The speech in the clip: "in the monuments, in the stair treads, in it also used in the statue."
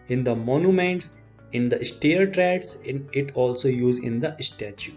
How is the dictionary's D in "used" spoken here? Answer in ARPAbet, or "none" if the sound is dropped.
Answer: none